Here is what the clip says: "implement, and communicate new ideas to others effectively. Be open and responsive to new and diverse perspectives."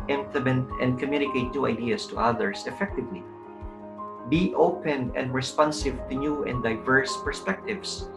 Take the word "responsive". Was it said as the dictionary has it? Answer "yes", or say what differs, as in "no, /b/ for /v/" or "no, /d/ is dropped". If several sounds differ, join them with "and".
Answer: yes